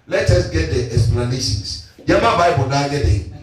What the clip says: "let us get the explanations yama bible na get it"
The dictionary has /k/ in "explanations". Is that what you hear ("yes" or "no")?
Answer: no